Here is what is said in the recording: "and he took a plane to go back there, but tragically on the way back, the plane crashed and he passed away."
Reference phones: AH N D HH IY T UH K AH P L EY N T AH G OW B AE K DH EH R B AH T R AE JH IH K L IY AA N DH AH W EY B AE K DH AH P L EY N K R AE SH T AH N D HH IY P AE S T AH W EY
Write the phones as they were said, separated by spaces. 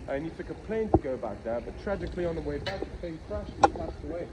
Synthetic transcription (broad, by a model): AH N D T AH K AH P L EY N T AH G OW B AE K DH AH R B AH T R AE JH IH K L IY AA N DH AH W EY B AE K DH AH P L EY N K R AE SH AH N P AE S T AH W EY